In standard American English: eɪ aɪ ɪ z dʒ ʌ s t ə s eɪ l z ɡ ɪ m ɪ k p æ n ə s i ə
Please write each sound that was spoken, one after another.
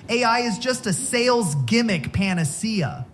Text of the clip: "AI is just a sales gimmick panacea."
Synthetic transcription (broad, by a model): eɪ aɪ ɪ z dʒ ʌ s t ə s eɪ l z ɡ ɪ m ɪ k p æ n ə s i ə